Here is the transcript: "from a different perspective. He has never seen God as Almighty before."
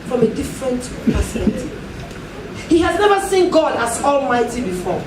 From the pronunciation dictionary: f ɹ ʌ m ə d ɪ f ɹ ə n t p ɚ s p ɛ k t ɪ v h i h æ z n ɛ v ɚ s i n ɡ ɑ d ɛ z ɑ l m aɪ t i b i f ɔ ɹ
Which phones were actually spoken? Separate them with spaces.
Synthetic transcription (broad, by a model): f ɹ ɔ m ə d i f ɹ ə n t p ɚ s ɛ t h i h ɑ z n ɛ v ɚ s i n ɡ ɑ d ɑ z ɑ l m aɪ t i b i f ɔ